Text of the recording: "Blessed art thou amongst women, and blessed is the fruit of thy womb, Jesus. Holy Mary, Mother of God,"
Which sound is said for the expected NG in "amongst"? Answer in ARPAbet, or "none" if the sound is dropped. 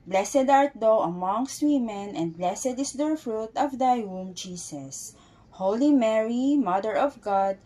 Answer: NG